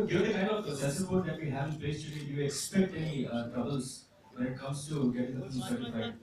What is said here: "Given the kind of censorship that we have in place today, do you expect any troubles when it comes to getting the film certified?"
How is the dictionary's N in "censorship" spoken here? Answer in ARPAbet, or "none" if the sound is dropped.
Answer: none